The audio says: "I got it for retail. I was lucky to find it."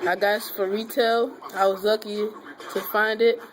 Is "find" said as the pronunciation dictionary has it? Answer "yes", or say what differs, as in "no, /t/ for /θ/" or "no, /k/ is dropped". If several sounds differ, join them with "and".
yes